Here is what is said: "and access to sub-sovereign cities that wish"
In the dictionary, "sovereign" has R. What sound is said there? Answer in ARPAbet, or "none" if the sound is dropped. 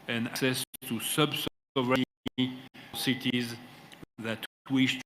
none